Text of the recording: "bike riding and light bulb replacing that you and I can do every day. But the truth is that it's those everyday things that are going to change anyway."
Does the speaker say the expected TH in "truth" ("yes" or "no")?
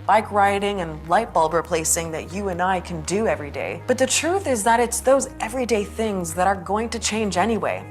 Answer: yes